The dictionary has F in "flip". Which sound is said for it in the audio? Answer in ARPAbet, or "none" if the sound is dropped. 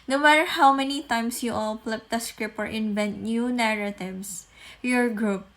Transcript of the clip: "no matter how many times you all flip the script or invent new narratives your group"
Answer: P